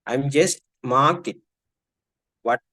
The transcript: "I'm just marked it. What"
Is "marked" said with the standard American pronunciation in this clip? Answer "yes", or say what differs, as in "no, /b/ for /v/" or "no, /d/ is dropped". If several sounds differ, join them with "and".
no, /t/ is dropped